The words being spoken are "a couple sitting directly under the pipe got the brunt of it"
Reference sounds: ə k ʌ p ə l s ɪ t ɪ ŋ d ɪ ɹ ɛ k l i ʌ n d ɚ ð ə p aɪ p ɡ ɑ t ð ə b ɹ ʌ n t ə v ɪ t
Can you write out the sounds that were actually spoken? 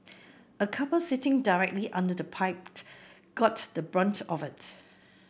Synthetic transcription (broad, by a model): ə k ʌ p ə l s ɪ t ɪ ŋ d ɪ ɹ ɛ k l i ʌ n d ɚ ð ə p aɪ p ɡ ɑ t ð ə b ɹ ʌ n t ə v ɪ t